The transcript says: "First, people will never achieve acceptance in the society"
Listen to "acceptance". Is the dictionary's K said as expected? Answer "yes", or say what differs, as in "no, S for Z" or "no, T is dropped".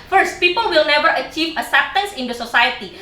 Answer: no, K is dropped